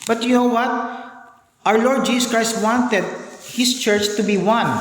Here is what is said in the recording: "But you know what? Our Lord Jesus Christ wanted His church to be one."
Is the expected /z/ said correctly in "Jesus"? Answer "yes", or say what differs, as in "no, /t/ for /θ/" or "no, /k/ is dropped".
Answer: no, /s/ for /z/